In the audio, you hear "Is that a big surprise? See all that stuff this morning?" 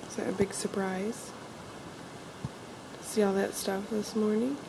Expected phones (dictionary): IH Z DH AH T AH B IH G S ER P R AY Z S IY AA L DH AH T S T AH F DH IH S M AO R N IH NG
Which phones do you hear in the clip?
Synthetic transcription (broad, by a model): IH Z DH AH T AH B IH G S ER P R AY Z S IY AA L DH AH T S T AH F DH IH S M AO R N IH NG